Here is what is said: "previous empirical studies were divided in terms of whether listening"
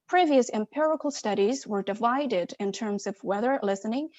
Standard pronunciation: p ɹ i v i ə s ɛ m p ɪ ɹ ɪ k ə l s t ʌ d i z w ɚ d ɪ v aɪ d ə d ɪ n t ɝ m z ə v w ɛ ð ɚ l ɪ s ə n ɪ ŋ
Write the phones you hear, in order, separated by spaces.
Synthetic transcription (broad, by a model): p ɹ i v i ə s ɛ m p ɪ ɹ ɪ k l s t ʌ d i z w ɚ d ɪ v aɪ d ə d ɪ n t ɝ m z ə v w ɛ ð ɚ l ɪ s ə n ɪ ŋ